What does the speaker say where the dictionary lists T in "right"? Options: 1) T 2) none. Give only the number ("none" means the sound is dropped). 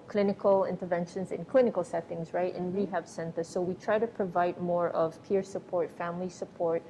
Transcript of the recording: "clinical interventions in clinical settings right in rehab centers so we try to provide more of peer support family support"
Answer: 1